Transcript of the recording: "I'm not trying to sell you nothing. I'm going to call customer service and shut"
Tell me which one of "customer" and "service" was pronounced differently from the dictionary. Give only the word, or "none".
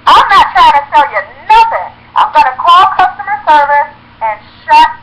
none